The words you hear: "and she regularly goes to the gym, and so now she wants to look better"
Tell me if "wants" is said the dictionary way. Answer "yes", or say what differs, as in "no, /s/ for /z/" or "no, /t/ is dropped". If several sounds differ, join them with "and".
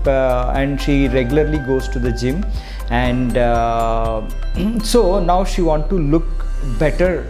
no, /s/ is dropped